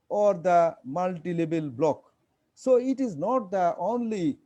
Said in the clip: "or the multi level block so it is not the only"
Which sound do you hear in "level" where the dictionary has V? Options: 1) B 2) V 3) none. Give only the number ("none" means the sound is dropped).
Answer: 1